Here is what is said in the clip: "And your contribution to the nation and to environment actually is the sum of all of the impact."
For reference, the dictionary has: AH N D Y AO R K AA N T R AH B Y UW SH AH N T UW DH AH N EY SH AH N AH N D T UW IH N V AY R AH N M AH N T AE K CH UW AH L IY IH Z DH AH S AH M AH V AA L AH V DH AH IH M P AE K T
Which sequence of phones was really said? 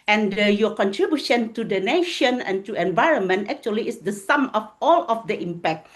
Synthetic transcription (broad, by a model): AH N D Y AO K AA N T R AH B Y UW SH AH N T UW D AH N EY SH AH N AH N T UW IH N V AY R AH N M AH N T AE K CH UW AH L IY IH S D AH S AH M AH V AA L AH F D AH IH M P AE K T